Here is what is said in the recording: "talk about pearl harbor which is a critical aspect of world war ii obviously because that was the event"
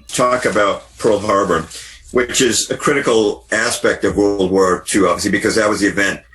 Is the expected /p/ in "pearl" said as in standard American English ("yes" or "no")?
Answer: yes